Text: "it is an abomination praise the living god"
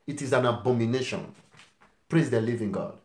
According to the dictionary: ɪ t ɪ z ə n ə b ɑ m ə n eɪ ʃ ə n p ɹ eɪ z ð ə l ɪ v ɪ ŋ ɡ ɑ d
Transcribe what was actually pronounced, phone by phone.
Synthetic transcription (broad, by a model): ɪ t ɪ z ə n ə b ɑ m ə n eɪ ʃ ə n p ɹ eɪ z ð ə l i v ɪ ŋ ɡ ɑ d